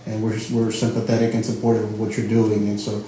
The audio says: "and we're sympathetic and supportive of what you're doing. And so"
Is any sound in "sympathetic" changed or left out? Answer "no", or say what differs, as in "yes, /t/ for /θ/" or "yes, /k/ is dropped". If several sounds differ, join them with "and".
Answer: no